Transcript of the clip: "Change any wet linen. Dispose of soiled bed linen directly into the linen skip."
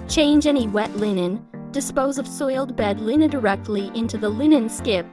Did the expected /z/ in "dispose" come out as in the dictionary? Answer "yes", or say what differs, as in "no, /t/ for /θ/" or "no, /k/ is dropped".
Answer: yes